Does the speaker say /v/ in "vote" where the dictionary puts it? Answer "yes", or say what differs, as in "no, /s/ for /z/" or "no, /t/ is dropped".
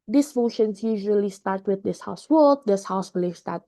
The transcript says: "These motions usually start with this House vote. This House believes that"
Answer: no, /w/ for /v/